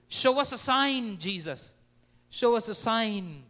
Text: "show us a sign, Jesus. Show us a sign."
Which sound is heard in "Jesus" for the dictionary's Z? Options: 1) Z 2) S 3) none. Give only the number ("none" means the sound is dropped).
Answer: 1